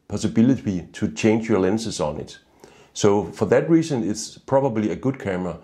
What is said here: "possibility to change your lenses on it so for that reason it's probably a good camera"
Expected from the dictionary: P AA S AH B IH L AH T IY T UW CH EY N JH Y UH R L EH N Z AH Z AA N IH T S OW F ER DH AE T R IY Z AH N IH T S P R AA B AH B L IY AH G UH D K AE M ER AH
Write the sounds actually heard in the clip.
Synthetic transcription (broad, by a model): P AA S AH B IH L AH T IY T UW CH EY N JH Y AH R L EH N S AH S AA N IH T S OW F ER DH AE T R IY S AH N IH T S P R AA B AH B L IY AH G UH D K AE M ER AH